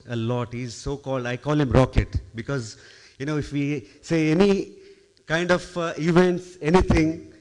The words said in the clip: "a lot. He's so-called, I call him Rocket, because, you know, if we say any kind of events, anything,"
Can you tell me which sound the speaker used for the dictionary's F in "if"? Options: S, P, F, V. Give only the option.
F